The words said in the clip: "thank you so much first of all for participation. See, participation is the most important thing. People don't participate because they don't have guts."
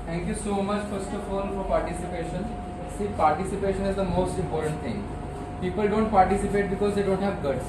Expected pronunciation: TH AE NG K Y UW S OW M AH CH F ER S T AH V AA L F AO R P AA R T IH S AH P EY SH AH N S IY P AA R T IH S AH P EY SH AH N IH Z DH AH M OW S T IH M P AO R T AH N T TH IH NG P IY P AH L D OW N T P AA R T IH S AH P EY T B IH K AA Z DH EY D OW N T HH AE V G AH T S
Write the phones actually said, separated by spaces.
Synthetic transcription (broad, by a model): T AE NG K Y UW S OW M AH CH F ER S T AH F AA L F AO R P AA R T IH S AH P EY SH AH N S IY P AA R T IH S AH P EY SH AH N IH Z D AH M OW S T IH M P AO R T AH N T T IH NG P IY P AH L D OW N T P AA R T IH S AH P EY T B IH K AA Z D EY D OW N T HH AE V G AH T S